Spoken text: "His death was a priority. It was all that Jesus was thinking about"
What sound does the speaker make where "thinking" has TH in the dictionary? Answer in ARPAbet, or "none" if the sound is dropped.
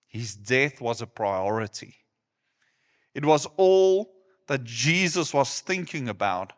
TH